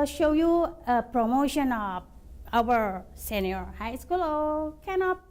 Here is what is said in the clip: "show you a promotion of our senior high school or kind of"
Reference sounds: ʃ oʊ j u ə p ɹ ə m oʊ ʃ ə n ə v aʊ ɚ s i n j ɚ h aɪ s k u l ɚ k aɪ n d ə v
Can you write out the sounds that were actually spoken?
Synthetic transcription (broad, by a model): ʃ oʊ j u ə p ɹ ə m oʊ ʃ ə n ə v aʊ ɚ s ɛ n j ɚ h aɪ s k u l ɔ k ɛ n ə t